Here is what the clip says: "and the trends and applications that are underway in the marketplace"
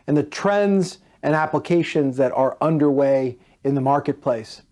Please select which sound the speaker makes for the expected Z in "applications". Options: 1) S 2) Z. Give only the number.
2